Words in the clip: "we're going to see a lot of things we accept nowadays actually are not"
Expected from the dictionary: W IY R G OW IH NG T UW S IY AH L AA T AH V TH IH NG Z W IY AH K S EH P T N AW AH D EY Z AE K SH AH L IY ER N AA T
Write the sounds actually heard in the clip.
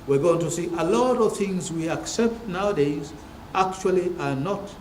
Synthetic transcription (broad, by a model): W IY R G OW IH NG T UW S IY AH L AA T AH V TH IH NG Z W IY AH K S EH P T N AW AH D EY Z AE K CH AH L IY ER N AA T